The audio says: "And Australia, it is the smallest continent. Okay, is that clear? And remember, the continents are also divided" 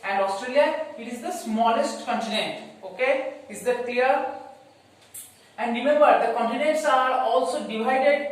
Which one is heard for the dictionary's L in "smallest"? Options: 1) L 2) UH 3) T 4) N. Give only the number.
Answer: 1